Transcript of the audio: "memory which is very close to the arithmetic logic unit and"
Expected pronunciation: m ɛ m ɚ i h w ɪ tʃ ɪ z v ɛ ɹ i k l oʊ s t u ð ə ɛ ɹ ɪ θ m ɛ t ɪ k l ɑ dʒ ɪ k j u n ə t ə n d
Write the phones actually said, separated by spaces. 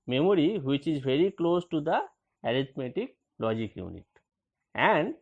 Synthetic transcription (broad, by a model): m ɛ m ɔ i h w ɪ tʃ ɪ z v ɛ ɹ i k l oʊ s t u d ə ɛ ɹ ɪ t m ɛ t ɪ k l ɑ dʒ ɪ k j u n ə t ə n d